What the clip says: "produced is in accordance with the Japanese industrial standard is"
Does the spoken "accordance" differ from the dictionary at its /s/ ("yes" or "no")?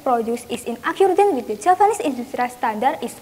yes